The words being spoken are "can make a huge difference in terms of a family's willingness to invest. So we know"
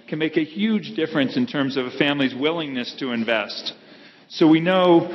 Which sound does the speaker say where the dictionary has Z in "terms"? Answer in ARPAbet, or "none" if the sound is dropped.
Z